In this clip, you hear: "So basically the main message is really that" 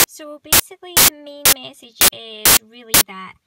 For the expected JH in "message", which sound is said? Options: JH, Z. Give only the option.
JH